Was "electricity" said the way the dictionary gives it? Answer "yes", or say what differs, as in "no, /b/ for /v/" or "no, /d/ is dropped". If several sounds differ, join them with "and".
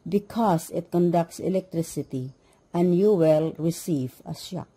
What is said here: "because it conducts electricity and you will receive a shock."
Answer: yes